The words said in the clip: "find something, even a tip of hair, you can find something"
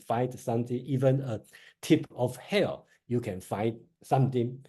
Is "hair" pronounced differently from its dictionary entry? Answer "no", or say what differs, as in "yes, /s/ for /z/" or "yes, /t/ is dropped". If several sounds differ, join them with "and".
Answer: yes, /l/ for /ɹ/